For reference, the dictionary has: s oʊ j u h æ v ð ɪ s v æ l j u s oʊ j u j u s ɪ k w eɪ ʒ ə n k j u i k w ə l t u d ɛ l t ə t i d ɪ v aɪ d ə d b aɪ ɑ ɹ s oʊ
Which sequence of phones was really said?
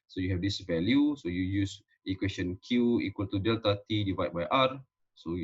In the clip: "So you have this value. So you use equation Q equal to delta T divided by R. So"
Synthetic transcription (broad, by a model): s oʊ j u h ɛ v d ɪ s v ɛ l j u s oʊ j u j u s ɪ k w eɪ s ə n k j u i k w ə l t u d ɛ l t ə t i d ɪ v aɪ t b aɪ ɑ ɹ s oʊ